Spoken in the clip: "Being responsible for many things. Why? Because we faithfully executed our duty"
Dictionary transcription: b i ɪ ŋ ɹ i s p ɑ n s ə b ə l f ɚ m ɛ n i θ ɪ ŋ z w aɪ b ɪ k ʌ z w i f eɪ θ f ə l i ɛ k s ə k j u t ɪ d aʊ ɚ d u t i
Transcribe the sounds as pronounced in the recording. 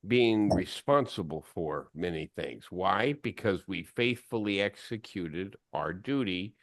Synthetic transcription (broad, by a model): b i ɪ ŋ ɹ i s p ɑ n s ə b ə l f ɚ m ɛ n i θ ɪ ŋ z w aɪ b ɪ k ʌ z w i f eɪ θ f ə l i ɛ k s ə k j u t ɪ d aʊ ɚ d u t i